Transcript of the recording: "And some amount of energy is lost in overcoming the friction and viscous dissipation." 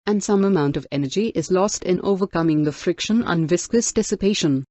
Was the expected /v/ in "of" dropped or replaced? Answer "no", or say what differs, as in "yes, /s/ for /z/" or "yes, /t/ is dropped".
no